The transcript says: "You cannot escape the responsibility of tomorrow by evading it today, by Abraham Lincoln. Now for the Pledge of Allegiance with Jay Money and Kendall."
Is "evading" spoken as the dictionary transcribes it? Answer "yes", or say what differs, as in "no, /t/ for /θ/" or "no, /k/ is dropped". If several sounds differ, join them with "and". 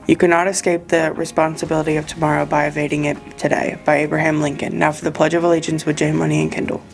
yes